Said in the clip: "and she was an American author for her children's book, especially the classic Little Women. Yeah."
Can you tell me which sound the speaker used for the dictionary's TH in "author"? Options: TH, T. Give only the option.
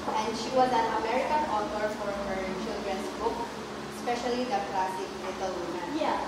T